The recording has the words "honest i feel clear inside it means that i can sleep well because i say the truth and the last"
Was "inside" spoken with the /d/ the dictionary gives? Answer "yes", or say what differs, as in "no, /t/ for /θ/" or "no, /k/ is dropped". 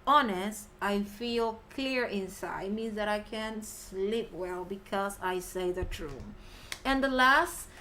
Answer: no, /d/ is dropped